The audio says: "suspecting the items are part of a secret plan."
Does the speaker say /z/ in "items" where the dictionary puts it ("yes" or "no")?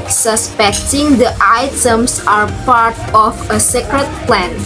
no